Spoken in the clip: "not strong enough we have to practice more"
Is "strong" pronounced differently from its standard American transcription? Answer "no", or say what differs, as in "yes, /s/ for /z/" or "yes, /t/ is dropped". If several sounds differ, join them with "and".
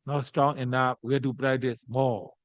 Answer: no